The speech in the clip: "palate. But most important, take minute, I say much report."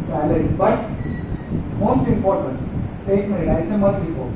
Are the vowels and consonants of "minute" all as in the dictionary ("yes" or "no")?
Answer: no